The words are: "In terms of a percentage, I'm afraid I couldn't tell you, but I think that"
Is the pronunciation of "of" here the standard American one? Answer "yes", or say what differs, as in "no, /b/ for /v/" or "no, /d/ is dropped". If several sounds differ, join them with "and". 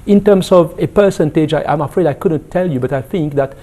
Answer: yes